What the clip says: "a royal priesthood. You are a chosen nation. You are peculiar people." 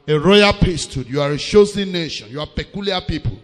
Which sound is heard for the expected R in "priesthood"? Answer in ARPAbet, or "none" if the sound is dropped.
none